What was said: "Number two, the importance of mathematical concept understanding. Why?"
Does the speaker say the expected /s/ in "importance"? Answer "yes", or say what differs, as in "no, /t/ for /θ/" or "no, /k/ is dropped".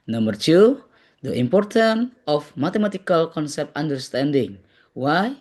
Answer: no, /s/ is dropped